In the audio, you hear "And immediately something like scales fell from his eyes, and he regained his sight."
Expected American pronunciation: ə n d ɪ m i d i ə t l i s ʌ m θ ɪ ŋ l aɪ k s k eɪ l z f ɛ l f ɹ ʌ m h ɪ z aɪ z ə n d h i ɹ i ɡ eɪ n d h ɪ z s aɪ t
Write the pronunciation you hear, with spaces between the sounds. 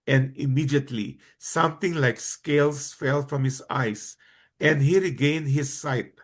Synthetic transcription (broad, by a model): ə n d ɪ m i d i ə t l i s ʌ m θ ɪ ŋ l aɪ k s k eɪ l s f ɛ l f ɹ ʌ m h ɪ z aɪ s ə n d h i ɹ i ɡ eɪ n d h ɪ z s aɪ t